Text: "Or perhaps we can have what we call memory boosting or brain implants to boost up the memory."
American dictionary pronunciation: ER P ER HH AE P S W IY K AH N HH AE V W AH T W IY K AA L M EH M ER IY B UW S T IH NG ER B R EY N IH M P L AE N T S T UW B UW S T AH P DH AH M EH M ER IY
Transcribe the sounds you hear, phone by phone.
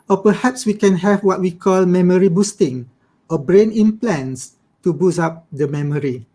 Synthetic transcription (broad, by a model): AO P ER HH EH P S W IY K AH N HH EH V W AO T W IY K AA L M EH M ER IY B UW S T IH NG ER B R EY N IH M P L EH N S T UW B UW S AA P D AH M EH M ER IY